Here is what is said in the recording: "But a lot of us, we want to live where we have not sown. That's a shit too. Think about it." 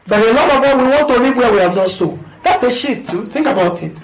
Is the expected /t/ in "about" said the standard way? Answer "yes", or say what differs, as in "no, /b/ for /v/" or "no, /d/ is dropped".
yes